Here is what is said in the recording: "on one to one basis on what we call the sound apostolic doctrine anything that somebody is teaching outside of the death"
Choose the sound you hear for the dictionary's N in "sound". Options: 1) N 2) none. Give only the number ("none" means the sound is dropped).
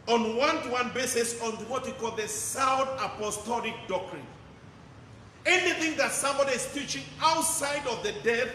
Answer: 2